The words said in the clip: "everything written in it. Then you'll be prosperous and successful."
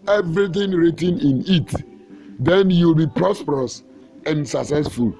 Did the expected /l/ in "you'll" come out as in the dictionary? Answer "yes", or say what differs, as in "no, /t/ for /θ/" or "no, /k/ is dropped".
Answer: yes